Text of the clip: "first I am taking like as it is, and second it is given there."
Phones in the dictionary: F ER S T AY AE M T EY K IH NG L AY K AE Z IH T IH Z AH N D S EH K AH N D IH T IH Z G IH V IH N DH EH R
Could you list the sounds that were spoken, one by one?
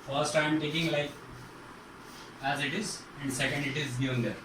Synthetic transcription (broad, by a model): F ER S T AY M T EY K IH NG L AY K AE Z IH T IH Z AH N D S EH K AH N D IH T IH Z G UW IH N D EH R